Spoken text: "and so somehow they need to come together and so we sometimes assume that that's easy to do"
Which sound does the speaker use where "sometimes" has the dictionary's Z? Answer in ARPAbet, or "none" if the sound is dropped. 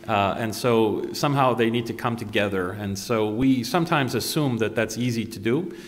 Z